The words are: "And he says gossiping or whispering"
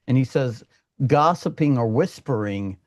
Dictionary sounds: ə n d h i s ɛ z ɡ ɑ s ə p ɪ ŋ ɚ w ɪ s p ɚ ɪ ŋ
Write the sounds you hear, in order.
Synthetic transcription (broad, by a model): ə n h i s ɛ z ɡ ɑ s ə p ɪ ŋ ɚ w ɪ s p ɚ ɪ ŋ